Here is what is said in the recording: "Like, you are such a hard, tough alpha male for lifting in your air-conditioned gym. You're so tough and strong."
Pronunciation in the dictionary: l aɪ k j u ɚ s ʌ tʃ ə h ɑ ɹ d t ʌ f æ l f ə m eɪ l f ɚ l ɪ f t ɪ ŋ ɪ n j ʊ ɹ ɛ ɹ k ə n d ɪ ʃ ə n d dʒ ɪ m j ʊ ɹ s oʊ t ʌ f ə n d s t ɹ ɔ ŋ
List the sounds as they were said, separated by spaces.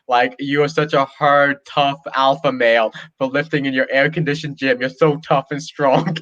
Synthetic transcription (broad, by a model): l aɪ k j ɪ ɚ s ʌ tʃ ə h ɑ ɹ d t ʌ f æ l f ə m eɪ l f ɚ l ɪ f t ɪ ŋ ɪ n j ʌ ɹ ɛ ɹ k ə n d ɪ ʃ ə n dʒ ɪ m j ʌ ɹ s oʊ t ʌ f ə n s t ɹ ɔ ŋ